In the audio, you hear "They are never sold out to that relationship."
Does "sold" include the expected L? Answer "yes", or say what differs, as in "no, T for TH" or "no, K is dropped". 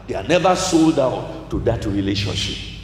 yes